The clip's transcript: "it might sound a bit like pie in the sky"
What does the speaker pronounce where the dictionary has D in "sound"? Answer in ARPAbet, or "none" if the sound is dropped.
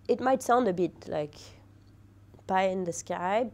D